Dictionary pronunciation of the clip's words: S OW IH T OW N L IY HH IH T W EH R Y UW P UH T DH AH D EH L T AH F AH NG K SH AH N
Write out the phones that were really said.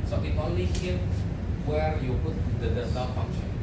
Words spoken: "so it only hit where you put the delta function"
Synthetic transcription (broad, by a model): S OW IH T OW N L IY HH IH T W EH R Y UW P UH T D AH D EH T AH F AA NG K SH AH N